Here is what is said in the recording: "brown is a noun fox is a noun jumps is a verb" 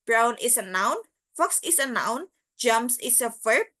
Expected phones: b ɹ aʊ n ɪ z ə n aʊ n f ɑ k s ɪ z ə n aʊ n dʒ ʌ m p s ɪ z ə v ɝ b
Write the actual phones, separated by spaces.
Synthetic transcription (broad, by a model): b ɹ aʊ n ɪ s ə n aʊ n f ɑ k s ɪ s ə n aʊ n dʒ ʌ m s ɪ s ə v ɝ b